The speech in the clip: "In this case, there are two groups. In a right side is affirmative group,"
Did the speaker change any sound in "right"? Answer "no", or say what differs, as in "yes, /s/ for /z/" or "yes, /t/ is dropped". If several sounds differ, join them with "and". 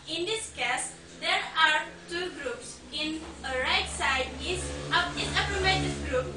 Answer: no